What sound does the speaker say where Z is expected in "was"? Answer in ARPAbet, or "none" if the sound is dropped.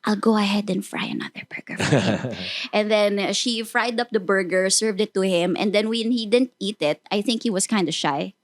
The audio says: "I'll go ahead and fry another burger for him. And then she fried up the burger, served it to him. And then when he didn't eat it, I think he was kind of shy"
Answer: S